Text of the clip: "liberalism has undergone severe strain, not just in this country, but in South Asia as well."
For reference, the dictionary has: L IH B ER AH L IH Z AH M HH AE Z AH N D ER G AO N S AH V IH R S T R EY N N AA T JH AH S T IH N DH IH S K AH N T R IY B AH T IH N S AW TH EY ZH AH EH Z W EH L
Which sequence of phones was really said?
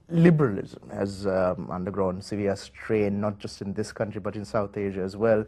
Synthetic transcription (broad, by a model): L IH B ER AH L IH Z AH M HH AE Z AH N D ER G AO N S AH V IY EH S T R EY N N AA T JH AH S T IH N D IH S K AH N T R IY B AH T IH N S AW T EY ZH AH EH Z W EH L